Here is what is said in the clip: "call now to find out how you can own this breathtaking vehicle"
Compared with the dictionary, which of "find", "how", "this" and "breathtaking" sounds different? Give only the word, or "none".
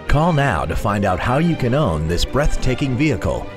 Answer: none